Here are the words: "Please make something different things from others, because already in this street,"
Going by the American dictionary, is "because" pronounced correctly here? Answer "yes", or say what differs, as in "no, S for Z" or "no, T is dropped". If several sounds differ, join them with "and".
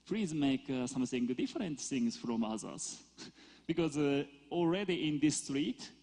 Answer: yes